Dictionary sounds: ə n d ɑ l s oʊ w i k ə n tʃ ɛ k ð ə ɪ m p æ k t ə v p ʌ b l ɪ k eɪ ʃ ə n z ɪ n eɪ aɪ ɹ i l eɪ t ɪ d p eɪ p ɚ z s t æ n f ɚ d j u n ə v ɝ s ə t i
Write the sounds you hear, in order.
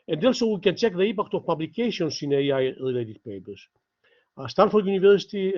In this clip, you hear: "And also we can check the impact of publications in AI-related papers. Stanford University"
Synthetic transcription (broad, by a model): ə n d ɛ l s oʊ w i k ə n tʃ ɛ k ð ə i p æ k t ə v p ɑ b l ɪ k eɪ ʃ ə n s ɪ n eɪ aɪ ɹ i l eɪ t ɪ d p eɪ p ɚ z s t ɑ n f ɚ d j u n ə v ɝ s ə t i